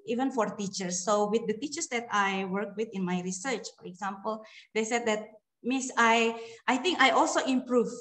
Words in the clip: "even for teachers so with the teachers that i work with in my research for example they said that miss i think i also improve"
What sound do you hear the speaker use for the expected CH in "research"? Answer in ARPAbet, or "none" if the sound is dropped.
CH